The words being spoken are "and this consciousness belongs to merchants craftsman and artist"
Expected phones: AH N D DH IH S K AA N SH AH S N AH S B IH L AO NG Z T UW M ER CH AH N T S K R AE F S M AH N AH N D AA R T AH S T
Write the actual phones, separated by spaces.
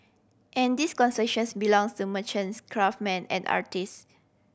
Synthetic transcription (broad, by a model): AH N D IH S K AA N S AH SH N S B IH L AO NG S T UW M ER CH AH N S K R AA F M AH N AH N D AA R T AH S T